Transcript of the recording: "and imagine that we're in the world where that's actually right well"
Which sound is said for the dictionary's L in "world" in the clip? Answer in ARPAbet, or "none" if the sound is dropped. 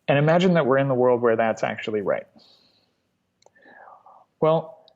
L